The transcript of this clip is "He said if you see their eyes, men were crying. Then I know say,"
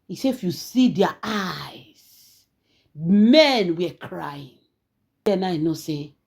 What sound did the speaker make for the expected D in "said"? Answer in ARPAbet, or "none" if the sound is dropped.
none